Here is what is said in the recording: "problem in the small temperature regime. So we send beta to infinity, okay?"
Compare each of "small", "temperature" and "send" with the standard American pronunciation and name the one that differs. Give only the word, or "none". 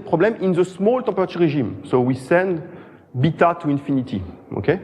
temperature